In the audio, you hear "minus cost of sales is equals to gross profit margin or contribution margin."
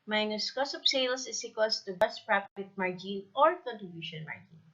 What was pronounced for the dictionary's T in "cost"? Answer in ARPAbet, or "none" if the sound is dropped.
none